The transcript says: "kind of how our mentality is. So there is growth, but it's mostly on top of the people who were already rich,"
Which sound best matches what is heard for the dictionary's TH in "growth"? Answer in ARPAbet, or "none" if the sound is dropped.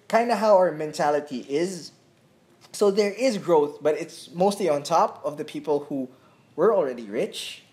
TH